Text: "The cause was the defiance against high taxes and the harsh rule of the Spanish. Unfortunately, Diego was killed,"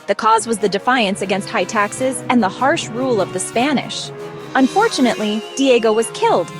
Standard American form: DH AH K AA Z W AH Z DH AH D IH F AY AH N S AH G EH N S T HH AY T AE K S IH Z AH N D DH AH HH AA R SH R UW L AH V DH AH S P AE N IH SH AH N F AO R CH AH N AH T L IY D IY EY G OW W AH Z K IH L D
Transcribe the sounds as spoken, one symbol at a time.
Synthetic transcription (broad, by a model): DH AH K AA Z W AH Z DH AH D IH F AY AH N S AH G EH N S T HH AY T AE K S IH Z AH N DH AH HH AA R SH R UW L AH V DH AH S P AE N IH SH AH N F AO R CH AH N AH T L IY D IY EY G OW W AH Z K IH L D